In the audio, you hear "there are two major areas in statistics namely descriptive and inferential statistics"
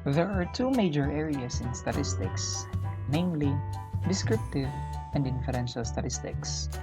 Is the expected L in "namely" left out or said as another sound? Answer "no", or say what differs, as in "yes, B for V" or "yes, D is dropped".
no